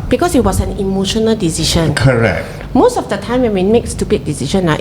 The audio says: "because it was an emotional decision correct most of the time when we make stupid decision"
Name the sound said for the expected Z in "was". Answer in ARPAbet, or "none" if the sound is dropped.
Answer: S